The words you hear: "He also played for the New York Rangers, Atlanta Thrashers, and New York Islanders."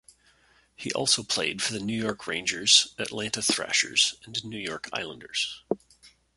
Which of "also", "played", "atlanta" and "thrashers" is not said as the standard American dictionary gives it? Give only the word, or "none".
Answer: none